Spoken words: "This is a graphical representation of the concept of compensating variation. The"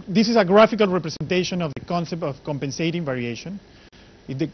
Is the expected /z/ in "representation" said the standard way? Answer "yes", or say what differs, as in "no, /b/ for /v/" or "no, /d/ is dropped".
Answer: no, /s/ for /z/